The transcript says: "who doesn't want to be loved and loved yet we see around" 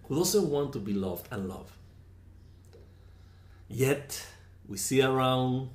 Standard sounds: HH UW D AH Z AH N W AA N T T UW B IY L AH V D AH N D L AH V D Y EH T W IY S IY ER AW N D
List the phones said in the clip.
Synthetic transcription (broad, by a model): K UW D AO S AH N W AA N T T UW B IY L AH V D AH N L AH V D Y EH T W IY S IY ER AW N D